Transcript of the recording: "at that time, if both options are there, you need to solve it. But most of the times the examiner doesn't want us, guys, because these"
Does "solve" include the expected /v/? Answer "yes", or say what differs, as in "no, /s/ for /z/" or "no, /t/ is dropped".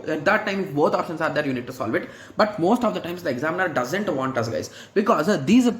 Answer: yes